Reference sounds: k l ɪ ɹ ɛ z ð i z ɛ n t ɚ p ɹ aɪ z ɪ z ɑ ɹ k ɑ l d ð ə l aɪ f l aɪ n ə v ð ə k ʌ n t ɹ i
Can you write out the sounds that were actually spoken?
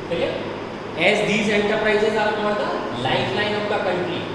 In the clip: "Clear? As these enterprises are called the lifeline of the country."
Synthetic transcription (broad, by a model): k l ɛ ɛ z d i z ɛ n t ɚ p ɹ aɪ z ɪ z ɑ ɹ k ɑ d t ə l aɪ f l aɪ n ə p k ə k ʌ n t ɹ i